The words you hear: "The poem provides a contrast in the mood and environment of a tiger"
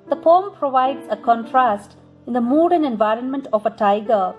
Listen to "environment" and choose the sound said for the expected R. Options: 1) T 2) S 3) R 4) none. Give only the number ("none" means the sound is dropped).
3